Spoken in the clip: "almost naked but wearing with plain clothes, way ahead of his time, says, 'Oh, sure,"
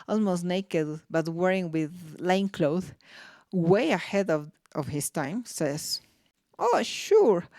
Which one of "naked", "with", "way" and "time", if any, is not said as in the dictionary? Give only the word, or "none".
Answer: none